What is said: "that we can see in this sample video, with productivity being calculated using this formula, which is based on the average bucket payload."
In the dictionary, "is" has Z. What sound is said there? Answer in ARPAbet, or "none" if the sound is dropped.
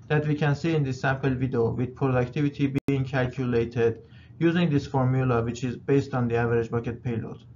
Z